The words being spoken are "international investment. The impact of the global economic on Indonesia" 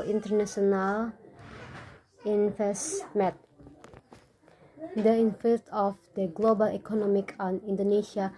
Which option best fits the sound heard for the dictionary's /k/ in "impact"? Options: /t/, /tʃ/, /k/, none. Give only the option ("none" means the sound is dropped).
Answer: none